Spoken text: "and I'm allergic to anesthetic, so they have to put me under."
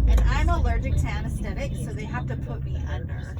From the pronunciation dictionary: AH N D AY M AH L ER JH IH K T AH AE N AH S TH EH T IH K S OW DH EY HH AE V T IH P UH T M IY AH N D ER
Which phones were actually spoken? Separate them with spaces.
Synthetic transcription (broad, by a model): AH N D AY M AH L ER JH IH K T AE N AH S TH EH T IH K S OW DH EY HH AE F T IH P UH T M IY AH N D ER